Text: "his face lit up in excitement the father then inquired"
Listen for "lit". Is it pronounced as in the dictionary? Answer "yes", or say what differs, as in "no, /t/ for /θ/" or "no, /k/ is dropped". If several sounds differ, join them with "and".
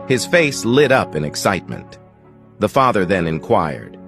yes